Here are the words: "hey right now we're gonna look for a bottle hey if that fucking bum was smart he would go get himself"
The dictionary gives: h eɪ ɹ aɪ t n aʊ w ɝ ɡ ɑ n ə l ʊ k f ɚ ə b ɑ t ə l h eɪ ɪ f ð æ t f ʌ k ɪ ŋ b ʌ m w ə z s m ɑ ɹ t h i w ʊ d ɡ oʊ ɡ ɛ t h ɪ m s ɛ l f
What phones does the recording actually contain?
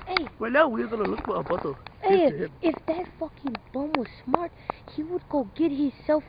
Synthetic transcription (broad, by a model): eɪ w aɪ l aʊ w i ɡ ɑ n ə l ʊ k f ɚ ə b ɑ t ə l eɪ ɪ f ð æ t f ʌ k ɪ ŋ b ʌ m w ə z s m ɑ ɹ t h i w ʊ d ɡ oʊ ɡ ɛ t h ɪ s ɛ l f